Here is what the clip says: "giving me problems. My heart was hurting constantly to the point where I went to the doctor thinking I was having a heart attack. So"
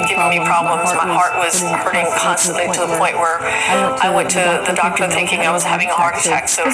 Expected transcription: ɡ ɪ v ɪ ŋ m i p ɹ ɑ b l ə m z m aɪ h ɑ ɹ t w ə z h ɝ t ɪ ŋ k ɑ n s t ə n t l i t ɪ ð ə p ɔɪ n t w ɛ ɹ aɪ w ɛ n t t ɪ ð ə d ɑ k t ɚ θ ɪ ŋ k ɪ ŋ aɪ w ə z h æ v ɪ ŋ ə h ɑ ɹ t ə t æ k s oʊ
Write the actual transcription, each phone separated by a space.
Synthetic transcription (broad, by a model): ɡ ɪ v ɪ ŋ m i p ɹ ɑ b l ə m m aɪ h ɑ ɹ t w ə z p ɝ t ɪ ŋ k ɑ n s t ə n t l i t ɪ ð ə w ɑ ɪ t w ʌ ɹ aɪ w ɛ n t t ɪ ð ə d ɑ k t ɚ θ ɪ ŋ k ɪ ŋ aɪ w ə z h æ v ɪ ŋ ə h ɑ ɹ t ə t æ k s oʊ